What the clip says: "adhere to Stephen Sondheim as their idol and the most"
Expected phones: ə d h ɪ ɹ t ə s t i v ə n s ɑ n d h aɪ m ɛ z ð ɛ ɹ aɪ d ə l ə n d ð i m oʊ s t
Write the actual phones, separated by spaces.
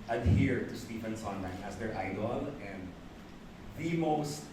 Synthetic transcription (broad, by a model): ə d h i ɹ t ə s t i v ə n s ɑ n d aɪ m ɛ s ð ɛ ɹ aɪ d ə l ə n d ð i m oʊ s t